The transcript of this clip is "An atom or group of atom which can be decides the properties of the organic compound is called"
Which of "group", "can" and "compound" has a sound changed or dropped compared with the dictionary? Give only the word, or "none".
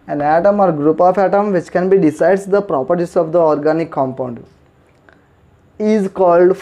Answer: none